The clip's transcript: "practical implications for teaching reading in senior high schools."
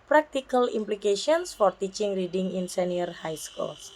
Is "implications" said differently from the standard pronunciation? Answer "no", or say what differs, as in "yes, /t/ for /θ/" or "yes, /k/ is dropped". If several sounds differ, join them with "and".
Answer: yes, /ʃ/ is dropped and /s/ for /z/